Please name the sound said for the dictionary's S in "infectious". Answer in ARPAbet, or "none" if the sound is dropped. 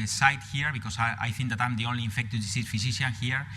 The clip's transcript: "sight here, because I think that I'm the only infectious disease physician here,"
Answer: none